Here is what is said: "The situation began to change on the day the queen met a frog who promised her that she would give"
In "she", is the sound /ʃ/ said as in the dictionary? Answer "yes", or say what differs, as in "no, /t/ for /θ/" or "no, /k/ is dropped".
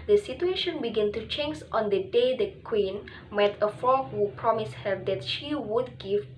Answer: yes